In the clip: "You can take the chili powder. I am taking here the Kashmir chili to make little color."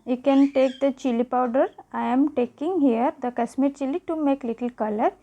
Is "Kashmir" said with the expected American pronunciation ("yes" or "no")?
no